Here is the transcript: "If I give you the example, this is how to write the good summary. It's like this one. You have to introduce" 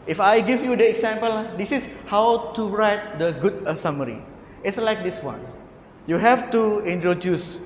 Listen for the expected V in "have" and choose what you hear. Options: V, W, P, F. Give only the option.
F